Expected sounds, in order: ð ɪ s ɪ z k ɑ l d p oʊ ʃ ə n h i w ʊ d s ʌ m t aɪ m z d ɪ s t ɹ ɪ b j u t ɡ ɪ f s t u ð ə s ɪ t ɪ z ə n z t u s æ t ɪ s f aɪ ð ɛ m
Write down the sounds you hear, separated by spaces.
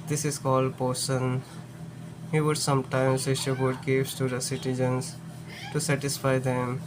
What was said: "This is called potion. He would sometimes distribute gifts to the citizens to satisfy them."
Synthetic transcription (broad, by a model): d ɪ s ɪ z k ɑ l d p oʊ s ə n h i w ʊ d s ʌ m t aɪ m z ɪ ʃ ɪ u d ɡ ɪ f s t u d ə s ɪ t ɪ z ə n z t u s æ t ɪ s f aɪ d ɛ m